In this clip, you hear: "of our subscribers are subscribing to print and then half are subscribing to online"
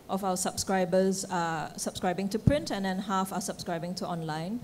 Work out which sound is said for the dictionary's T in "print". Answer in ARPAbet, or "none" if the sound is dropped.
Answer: T